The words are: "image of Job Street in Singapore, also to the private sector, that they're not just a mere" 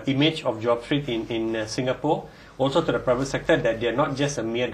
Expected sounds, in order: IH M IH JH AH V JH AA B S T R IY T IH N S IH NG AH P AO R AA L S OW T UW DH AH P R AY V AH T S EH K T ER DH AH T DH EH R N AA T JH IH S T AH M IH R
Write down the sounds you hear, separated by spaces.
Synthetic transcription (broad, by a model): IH M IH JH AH F JH AA B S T R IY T IH N S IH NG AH P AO AA L S OW T UW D AH P R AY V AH T S EH K T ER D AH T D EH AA N AA T JH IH S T AH M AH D